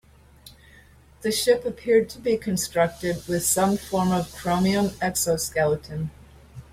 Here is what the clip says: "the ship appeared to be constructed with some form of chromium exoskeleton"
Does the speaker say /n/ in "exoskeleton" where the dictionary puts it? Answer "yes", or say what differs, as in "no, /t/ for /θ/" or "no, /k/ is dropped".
yes